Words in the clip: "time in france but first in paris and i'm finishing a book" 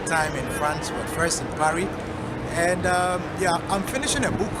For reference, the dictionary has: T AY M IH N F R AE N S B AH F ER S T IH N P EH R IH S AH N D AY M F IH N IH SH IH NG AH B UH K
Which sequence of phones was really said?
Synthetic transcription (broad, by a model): T AY M IH N F R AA N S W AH F ER S T IH N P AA R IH AH N D AY M F IH N IH SH IH NG AH B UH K